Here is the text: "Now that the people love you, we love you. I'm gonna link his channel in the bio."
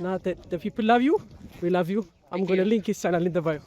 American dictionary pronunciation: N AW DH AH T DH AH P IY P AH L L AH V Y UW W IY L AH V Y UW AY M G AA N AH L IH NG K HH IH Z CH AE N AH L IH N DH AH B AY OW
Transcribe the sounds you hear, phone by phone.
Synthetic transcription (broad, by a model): N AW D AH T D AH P IY P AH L L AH V Y UW W IY L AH V Y UW AY M G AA N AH L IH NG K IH S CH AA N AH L IH N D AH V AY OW